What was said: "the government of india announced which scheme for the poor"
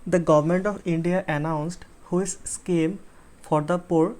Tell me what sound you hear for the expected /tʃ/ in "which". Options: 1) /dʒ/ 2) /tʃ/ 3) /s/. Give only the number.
3